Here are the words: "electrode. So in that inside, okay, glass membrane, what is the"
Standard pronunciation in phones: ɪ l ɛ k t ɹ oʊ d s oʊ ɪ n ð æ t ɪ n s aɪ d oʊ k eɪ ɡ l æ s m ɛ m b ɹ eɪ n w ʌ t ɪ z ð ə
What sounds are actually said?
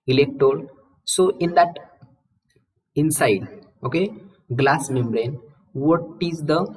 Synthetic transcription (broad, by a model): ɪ l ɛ k t ɹ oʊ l s oʊ ɪ n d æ t ɪ n s aɪ d oʊ k eɪ ɡ l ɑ s m ɛ m b ɹ eɪ n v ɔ t ɪ z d ə